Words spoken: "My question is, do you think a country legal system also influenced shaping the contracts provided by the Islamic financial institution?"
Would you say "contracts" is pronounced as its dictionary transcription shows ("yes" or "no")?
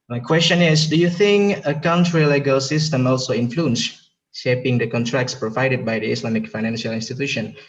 yes